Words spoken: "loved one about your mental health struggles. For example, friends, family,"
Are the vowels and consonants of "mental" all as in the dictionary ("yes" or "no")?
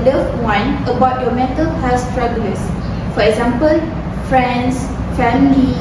no